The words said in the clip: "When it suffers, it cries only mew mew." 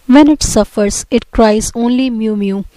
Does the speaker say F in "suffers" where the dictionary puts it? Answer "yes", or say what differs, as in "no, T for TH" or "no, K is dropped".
yes